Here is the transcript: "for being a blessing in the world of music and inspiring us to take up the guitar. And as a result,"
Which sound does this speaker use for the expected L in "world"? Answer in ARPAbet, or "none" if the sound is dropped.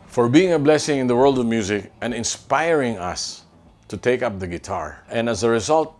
L